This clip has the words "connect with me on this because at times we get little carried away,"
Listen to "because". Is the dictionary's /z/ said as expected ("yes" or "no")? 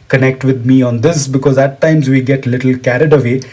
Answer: yes